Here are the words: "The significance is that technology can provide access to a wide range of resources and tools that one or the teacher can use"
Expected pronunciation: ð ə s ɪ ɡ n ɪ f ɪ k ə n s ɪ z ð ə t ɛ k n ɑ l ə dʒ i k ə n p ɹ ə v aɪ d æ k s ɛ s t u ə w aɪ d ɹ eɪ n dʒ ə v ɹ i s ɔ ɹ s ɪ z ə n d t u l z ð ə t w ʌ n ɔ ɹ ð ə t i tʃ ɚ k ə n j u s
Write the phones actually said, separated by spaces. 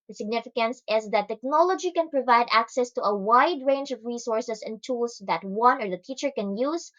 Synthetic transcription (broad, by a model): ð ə s ɪ ɡ n ɪ f ɪ k ə n s ɪ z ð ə t ɛ k n ɑ l ə dʒ i k ə n p ɹ ə v aɪ d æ k s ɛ s t u ə w aɪ d ɹ eɪ n dʒ ə v ɹ i s ɔ ɹ s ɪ s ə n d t u l s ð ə t w ʌ n ɔ ɹ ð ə t i tʃ ɚ k ə n j u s